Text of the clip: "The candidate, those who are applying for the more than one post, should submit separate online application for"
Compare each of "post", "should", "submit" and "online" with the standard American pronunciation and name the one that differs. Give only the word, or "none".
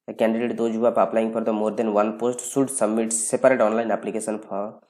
should